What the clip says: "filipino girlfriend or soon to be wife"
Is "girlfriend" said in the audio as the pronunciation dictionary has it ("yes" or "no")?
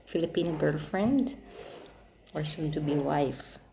yes